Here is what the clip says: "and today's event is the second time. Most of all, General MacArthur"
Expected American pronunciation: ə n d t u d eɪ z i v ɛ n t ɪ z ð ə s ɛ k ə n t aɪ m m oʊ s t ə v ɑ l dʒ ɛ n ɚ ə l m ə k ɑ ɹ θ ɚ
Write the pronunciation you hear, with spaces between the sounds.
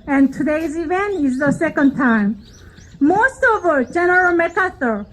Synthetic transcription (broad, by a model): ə n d t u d eɪ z i v ɛ n t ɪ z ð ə s ɛ k ə n t aɪ m m oʊ s t ə v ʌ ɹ dʒ ɛ n ɚ ə l m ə k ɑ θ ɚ